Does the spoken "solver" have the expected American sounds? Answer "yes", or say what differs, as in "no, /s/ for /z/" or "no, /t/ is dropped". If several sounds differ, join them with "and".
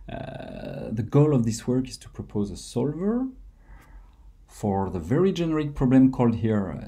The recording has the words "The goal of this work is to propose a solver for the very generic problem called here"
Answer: yes